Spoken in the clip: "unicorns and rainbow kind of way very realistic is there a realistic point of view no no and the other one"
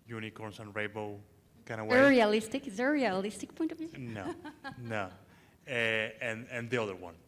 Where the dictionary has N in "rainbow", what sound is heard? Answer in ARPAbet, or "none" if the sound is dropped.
none